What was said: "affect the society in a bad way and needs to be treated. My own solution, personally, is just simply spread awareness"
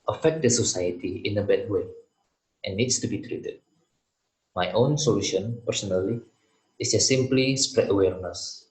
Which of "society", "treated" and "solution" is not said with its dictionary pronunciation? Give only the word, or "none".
none